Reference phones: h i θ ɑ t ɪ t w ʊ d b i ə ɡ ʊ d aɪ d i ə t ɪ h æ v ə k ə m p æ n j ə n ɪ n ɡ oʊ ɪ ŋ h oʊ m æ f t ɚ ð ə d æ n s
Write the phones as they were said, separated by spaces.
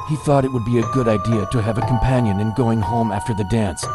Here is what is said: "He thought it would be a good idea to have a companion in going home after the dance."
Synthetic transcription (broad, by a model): h i θ ɑ t ɪ t w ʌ d b i ə ɡ ʊ d aɪ d i ə t ɪ v ə k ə m p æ n j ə n ɪ n ɡ oʊ ɪ ŋ h oʊ m æ f t ɚ ð ə d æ n s